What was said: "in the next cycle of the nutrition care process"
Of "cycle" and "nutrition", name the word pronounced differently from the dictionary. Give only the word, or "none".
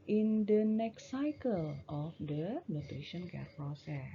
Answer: nutrition